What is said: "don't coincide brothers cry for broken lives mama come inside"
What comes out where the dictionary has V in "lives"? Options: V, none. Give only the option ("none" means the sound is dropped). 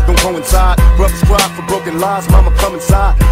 none